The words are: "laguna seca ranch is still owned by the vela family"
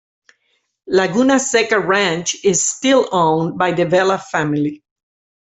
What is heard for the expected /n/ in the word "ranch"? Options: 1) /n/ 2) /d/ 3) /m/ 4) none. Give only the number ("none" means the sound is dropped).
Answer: 1